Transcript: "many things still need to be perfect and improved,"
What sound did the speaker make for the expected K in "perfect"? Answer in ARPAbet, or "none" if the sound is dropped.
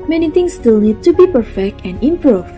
K